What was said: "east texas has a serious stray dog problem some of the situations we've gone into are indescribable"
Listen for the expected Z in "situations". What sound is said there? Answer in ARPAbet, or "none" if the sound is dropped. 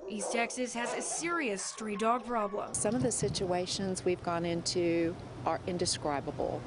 Z